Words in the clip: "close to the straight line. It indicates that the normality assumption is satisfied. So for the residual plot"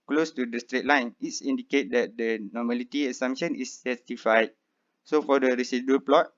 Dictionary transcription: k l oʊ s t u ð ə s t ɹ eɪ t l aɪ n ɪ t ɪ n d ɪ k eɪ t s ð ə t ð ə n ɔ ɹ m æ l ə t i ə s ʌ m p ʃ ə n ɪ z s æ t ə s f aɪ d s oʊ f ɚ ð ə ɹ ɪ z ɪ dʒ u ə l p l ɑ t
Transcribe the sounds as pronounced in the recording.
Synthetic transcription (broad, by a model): k l oʊ s t u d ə s t ɹ eɪ t l aɪ n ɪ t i n d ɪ k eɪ t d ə t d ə n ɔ m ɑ l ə t i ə s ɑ m ʃ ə n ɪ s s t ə f aɪ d s oʊ f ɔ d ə ɹ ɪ s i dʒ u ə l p l ɑ t